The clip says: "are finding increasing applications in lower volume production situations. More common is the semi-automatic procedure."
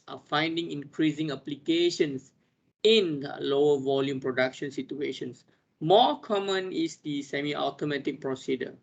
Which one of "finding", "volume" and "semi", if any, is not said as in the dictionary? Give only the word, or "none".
none